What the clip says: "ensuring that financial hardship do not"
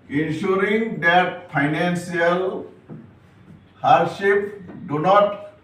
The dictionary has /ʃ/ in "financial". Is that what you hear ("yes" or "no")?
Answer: no